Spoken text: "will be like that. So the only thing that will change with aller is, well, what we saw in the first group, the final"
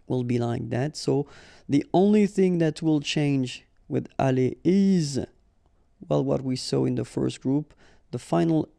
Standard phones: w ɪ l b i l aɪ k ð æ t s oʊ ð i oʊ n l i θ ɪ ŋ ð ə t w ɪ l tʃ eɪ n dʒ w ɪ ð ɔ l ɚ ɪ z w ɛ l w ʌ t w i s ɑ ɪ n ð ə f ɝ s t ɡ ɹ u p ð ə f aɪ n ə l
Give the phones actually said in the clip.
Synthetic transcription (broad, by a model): w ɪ l b i l aɪ k ð æ t s oʊ ð i oʊ n l i θ ɪ ŋ ð ə t w ɪ l tʃ eɪ n dʒ w ɪ ð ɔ l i ɪ z w ɛ l w ʌ t w i s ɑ ɪ n ð ə f ɝ s t ɡ ɹ u p ð ə f aɪ n l